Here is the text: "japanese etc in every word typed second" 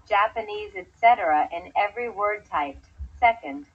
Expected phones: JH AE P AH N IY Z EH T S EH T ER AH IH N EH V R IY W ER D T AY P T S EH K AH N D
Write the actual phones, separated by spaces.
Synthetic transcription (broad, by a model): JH AE P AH N IY Z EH T S EH T ER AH IH N EH V R IY W ER D T AY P S EH K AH N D